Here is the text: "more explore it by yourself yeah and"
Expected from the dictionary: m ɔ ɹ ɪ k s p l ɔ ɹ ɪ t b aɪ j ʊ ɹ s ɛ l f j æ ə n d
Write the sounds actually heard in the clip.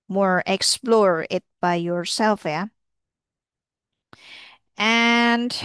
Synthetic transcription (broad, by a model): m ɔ ɹ ɪ k s p l ɔ ɹ ɪ t b aɪ j ʊ ɹ s ɛ l f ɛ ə n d